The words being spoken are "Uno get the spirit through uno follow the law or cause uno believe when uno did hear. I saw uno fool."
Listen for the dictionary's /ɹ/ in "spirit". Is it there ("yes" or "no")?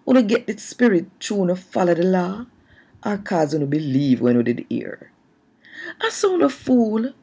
yes